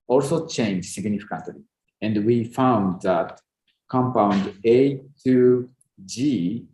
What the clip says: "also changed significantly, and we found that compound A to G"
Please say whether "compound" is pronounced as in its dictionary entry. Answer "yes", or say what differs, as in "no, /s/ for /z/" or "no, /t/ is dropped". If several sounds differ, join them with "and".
yes